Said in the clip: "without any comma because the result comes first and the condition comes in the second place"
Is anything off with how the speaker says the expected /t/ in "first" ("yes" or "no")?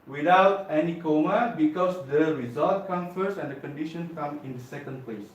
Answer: yes